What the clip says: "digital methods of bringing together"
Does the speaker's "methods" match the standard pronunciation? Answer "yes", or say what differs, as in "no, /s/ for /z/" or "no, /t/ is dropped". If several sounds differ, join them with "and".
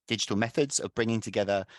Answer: yes